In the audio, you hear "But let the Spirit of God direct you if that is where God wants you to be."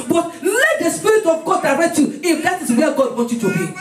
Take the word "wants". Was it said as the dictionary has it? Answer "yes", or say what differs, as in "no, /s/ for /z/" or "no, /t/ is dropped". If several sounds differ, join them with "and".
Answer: no, /s/ is dropped